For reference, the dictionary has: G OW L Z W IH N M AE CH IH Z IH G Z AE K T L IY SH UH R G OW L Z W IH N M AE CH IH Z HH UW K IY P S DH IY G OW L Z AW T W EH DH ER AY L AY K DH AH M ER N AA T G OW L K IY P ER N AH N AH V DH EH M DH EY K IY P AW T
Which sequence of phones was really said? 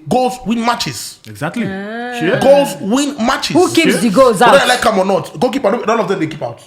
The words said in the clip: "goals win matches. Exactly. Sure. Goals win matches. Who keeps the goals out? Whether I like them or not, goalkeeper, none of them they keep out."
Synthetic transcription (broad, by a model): G OW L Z W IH N M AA CH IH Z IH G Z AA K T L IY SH G OW L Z W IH N M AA CH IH HH UW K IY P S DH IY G OW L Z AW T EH ER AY L AY K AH M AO N AA T G OW K IY P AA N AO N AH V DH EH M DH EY K IY P AW T